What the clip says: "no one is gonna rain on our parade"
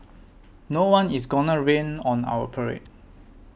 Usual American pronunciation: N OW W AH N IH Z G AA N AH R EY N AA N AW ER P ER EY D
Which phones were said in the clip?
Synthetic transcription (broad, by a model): N OW W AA N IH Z G AA N AH R EY N AA N AW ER P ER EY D